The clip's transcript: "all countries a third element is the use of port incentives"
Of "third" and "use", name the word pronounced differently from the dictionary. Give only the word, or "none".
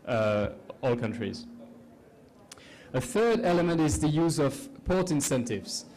none